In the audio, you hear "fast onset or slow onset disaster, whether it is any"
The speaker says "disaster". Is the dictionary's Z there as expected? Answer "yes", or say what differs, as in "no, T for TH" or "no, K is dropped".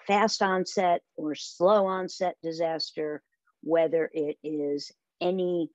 yes